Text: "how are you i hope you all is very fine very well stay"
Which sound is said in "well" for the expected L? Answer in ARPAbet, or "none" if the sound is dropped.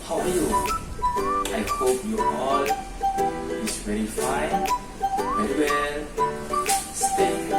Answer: N